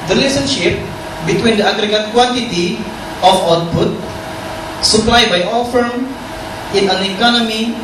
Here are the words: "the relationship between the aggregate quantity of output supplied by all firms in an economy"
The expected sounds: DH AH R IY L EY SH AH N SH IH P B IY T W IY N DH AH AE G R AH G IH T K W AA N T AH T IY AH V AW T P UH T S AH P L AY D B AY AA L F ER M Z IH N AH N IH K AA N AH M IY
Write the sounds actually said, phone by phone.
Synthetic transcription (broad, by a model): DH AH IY L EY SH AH N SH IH P B IY T W IY N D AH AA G R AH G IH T K W AA N T AH T IY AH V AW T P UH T S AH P L AY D B AY AA L F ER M IH N AH N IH K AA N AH M IY